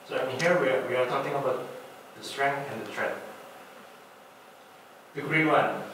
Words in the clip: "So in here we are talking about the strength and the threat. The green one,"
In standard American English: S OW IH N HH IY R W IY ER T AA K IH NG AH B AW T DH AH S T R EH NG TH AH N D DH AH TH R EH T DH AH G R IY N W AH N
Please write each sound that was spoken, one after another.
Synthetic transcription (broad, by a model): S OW IH N HH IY W W IY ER T AA K IH NG AH B AW T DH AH S T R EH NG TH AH N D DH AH T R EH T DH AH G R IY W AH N